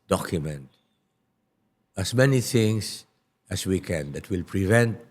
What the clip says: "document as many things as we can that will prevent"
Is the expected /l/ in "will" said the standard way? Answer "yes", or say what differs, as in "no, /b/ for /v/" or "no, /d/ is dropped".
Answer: yes